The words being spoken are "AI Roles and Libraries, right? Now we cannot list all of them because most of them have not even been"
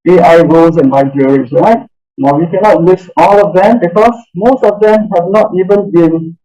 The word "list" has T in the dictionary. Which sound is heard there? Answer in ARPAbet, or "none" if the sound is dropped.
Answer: none